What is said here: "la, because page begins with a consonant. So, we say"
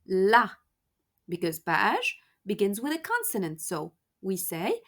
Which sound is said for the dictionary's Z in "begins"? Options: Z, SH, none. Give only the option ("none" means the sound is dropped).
Z